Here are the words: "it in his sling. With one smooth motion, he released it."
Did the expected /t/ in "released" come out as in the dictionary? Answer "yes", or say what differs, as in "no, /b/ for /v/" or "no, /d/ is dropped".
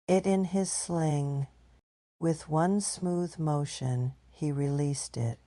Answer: yes